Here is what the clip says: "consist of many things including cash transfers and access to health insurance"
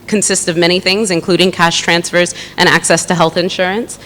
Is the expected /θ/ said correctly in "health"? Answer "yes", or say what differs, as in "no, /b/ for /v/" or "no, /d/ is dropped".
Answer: yes